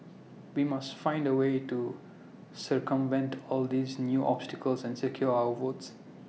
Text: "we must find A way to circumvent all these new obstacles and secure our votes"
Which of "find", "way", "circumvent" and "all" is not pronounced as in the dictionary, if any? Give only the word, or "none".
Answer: none